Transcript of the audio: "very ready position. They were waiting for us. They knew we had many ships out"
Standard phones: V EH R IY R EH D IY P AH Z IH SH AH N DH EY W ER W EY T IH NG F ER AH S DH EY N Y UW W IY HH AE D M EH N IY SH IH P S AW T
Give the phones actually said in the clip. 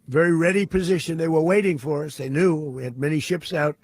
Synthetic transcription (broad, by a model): V EH R IY R EH D IY P AH Z IH SH AH N DH EY W ER W EY T IH NG F ER AH S DH EY N Y UW W IY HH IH D M EH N IY SH IH P S AW T